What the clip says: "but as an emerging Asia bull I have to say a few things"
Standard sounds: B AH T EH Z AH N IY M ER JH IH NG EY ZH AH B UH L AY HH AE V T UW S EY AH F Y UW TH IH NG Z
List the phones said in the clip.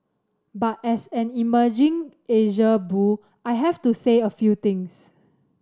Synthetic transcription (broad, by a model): B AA T EH S AH N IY M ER JH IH NG EY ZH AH B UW AY HH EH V T UW S EY AH F Y UW T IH NG S